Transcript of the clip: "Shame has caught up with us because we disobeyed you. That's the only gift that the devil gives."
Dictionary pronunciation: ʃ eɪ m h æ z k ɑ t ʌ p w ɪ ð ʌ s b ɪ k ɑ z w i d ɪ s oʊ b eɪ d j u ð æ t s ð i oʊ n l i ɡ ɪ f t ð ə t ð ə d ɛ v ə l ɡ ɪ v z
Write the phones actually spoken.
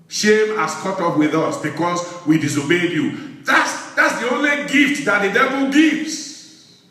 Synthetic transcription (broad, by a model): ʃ eɪ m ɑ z k ɑ t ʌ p w ɪ ð ʌ s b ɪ k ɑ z w i d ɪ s oʊ b eɪ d j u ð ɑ t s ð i oʊ n l i ɡ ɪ f t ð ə t ð ə d ɛ v ə l ɡ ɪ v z